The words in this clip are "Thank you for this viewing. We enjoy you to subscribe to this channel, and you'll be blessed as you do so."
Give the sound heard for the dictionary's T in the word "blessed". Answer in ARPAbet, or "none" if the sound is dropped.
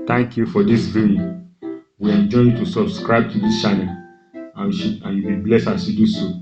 none